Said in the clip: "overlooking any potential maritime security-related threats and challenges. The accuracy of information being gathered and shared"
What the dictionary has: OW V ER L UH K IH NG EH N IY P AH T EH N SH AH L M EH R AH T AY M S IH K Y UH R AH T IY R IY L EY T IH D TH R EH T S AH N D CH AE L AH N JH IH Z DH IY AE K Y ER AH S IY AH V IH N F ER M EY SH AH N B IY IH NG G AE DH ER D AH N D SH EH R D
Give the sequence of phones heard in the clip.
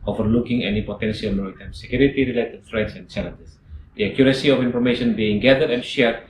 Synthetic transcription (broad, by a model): OW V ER L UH K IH NG EH N IY P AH T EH N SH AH L M EH R AH T AY M S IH K Y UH R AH T IY R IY L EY T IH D F R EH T S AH N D CH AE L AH N JH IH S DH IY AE K Y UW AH S IY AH F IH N F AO M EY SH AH N B IY IH NG G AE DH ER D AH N SH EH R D